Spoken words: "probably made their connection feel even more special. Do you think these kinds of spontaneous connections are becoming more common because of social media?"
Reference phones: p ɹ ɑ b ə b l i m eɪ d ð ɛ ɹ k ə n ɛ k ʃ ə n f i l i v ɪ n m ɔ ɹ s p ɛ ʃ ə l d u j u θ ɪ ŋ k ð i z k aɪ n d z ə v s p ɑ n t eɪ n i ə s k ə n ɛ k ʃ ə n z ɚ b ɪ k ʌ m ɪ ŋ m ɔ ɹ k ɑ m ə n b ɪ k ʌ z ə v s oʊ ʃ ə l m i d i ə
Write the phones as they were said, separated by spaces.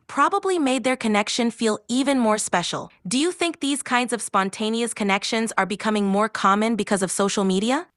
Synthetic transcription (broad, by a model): p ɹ ɑ b ə b l i m eɪ d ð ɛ ɹ k ə n ɛ k ʃ ə n f i l i v ɪ n m ɔ ɹ s p ɛ ʃ l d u j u θ ɪ ŋ k ð i z k aɪ n d z ə v s p ɑ n t eɪ n i ə s k ə n ɛ k ʃ ə n z ɚ b ɪ k ʌ m ɪ ŋ m ɔ ɹ k ɑ m ə n b ɪ k ʌ z ə v s oʊ ʃ l m i d i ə